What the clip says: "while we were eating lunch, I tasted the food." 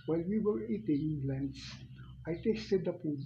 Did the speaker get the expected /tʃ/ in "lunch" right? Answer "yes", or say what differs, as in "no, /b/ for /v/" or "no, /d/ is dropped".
no, /s/ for /tʃ/